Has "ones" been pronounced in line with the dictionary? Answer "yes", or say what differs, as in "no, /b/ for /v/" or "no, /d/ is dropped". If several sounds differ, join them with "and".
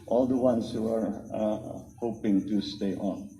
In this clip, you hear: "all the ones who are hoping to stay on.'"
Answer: no, /s/ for /z/